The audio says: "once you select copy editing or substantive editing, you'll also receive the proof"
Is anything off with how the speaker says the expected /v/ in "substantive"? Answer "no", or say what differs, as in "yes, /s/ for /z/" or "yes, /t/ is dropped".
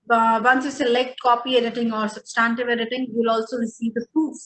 no